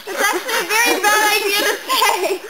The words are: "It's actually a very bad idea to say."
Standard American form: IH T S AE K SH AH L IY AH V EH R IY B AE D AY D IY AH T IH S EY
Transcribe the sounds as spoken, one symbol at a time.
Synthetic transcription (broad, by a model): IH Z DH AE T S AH N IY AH V EH R IY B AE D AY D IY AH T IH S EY